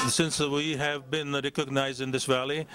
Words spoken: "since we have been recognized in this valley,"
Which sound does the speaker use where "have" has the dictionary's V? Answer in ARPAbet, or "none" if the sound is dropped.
V